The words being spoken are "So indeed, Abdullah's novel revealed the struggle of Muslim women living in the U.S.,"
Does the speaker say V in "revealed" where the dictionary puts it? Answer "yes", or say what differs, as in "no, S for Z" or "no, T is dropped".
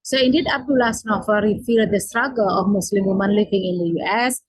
no, F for V